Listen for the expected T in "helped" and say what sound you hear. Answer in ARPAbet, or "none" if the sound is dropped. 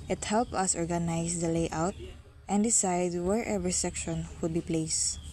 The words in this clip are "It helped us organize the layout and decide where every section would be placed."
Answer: none